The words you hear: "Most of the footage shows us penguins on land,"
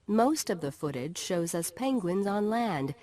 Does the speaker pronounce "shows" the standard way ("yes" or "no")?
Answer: yes